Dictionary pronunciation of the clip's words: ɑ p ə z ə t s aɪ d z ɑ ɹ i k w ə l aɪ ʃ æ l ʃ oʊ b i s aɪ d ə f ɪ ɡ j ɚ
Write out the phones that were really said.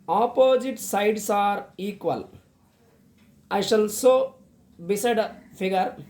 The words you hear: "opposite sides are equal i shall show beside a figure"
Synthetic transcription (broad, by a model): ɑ p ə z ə t s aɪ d s ɑ ɹ i k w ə l aɪ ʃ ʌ l s oʊ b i s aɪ d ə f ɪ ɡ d